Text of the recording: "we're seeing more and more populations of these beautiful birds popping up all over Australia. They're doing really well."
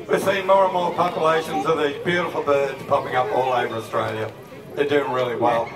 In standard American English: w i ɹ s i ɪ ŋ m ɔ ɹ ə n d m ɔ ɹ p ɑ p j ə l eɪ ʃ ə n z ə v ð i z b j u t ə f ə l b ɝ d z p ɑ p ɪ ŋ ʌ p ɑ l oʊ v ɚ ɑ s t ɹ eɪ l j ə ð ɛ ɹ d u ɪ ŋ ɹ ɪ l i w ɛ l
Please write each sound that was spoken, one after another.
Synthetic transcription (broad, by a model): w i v s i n m ɔ ɹ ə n m ɔ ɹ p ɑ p j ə l eɪ ʃ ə n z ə ð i b j u t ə f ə l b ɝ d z p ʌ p ɪ ŋ ʌ p ɑ l oʊ v ɚ ɑ s t ɹ eɪ l j ə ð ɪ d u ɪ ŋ ɹ ɪ l i w ɛ l